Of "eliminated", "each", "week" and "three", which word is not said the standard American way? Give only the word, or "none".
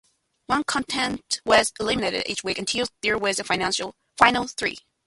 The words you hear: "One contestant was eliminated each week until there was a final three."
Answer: none